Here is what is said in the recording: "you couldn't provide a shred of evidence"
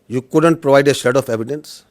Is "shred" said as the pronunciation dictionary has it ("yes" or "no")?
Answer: no